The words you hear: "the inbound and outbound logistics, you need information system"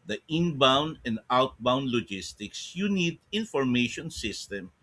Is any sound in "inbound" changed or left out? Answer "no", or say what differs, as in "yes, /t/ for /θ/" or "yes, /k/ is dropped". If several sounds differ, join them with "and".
no